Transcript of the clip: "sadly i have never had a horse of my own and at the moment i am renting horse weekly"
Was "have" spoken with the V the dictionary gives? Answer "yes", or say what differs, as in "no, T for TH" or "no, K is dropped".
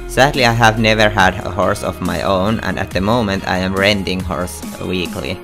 yes